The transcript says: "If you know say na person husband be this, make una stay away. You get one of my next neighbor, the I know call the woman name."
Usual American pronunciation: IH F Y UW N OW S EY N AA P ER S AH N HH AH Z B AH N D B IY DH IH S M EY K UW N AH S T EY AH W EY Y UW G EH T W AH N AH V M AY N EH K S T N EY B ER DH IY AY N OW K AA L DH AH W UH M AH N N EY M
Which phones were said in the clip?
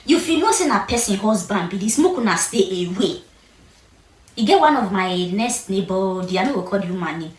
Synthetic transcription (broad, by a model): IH F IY N OW S EY N AA P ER S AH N HH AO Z B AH N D B IY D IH S M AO K UW N AH S T EY AH W EY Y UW G EH T W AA N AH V M AY N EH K S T N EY B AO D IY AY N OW K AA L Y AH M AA AH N N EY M